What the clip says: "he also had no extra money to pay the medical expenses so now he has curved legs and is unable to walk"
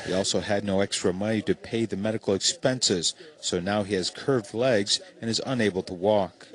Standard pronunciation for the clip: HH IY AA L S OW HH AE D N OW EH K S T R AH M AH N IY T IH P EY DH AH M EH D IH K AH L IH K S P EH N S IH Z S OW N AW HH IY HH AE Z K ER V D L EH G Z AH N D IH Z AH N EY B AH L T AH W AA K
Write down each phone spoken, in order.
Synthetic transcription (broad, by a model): HH IY AA L S OW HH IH D N OW EH K S T R AH M AH N IY T IH P EY DH AH M EH D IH K L IH K S P EH N S IH Z S OW N AW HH IY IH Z K ER V D L EH G Z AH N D IH Z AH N EY B L T AH W AA K